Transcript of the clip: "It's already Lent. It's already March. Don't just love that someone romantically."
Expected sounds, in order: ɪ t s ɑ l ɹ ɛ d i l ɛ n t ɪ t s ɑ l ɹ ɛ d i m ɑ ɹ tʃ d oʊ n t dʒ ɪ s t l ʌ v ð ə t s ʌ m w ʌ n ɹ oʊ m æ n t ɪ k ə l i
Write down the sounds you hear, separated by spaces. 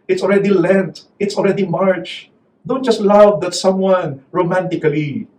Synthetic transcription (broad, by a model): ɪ t s ɑ l ɹ ɛ d i l ɛ n t ɪ t s ɑ l ɹ ɛ d i m ɑ ɹ tʃ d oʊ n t dʒ ɪ s t l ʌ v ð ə t s ʌ m w ʌ n ɹ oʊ m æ n t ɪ k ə l i